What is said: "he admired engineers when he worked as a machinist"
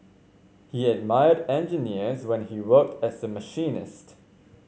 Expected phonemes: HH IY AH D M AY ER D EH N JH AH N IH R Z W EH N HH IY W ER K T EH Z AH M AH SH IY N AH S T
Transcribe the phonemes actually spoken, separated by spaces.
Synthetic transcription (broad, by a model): HH IY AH D M AY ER D EH N JH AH N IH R Z W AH N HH IY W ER K T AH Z AH M AH SH IY N AH S T